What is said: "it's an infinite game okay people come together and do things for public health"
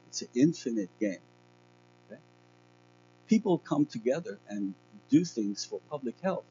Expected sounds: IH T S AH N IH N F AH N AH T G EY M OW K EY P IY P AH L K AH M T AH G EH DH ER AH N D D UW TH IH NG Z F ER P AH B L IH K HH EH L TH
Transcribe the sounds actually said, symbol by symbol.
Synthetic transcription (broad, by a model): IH T S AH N IH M F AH N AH T G EY M OW K EY P IY P L K AH M T AH G EH DH ER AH N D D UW TH IH NG Z F ER P AH B L IH K HH EH L TH